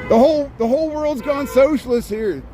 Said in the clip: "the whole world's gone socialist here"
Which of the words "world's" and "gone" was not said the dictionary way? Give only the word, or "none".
none